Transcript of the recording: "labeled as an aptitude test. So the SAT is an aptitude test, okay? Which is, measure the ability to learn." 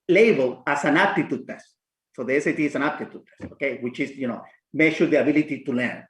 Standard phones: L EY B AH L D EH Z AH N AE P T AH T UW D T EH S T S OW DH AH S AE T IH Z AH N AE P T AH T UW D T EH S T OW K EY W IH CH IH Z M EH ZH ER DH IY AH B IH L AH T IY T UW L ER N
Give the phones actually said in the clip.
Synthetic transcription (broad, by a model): L EY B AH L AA S AH N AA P T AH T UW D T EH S S OW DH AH S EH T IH S AH N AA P T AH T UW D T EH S OW K EY W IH CH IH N M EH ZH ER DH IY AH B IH L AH T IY T UW L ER N